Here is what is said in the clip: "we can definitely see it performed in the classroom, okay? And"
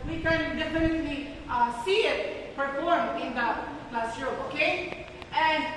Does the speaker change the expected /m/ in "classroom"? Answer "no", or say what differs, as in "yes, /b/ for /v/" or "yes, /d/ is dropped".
yes, /m/ is dropped